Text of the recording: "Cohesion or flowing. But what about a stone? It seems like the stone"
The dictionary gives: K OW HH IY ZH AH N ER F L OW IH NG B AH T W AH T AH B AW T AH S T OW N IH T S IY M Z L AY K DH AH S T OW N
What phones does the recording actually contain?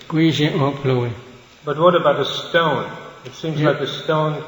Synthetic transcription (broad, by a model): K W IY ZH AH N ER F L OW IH B AH T W AH T AH B AW T AH S T OW N IH T S IY M Z L AY K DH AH S T OW N